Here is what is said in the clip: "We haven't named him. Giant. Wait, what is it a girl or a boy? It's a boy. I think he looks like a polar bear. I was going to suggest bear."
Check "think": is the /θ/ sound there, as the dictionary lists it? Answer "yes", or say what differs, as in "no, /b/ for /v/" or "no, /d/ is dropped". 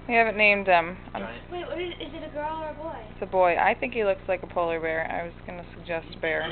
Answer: yes